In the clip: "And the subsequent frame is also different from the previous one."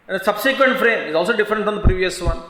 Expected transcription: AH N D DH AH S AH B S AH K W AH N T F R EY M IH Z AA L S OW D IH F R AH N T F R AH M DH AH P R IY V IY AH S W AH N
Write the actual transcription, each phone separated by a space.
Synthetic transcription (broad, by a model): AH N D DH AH S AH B S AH K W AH N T F R EY M IH Z AA L S OW D IH F R AH N T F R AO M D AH P R IY V IY AH S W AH N